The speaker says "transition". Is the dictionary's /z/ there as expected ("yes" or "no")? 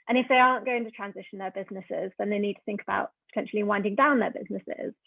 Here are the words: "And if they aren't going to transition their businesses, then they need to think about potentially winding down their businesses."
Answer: yes